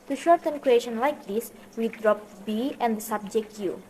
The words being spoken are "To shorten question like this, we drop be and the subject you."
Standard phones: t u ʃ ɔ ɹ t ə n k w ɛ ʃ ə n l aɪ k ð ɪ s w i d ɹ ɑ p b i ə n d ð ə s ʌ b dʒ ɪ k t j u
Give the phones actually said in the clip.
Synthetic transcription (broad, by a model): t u ʃ ɔ ɹ t ə n k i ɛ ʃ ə n l aɪ k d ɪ s w i d ɹ ɑ p b i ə n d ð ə s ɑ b dʒ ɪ k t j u